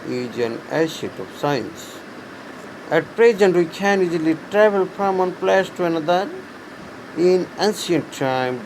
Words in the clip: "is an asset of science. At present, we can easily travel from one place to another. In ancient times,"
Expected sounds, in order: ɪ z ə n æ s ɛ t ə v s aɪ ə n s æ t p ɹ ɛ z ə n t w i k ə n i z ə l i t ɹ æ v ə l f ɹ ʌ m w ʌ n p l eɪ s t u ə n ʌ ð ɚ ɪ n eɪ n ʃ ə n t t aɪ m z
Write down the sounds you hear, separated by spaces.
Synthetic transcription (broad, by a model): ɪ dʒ ə n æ ʃ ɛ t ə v s aɪ ə n s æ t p ɹ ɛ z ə n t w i k ə n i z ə l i t ɹ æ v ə l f ɹ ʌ m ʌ n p l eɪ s t u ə n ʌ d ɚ ɪ n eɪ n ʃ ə n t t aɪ m